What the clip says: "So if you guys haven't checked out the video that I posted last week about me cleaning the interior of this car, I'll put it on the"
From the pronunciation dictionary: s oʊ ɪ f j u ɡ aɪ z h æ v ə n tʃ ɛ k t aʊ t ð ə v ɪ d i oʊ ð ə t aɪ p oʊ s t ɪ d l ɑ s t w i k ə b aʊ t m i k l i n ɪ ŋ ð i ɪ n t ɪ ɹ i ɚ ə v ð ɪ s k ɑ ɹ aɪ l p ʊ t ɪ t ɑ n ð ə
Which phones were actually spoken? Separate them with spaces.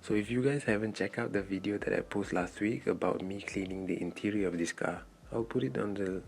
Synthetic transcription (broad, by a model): s oʊ ɪ f j u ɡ aɪ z h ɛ v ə n tʃ ɛ k aʊ t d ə v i d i oʊ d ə t aɪ p oʊ s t l ɑ s t w i k ə b aʊ t m i k l i n ɪ ŋ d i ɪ n t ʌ ɹ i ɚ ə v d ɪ s k ɑ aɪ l p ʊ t ɪ t ɑ n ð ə